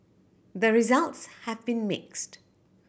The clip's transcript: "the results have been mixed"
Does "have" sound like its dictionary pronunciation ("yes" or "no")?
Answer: yes